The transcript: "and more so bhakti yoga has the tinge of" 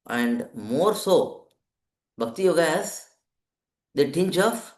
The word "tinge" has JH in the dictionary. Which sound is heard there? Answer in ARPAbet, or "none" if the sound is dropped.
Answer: CH